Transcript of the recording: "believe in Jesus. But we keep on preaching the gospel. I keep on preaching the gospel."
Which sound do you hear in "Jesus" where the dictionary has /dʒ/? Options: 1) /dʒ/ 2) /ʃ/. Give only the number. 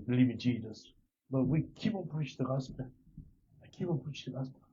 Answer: 1